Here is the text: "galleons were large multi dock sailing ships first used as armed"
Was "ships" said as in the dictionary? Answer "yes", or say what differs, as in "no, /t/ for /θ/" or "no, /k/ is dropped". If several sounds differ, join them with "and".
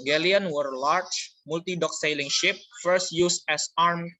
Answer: no, /s/ is dropped